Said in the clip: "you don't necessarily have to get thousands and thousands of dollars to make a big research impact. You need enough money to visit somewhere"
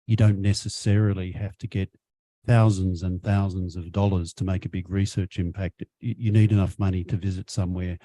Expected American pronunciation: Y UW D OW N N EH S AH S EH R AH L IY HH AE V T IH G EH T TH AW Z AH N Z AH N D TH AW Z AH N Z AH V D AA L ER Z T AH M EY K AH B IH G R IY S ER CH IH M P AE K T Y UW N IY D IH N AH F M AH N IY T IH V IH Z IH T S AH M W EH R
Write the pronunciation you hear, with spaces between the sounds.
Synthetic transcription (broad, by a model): Y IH D OW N N EH S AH S EH R L IY HH AE F T IH G EH T TH AW Z AH N Z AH N TH AW Z AH N Z AH V D AA L ER Z T AH M EY K AH B IH G R IY S ER CH IH M P AE K T Y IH N IY D IH N AH F M AH N IY T IH V IH Z IH T S AH M W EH R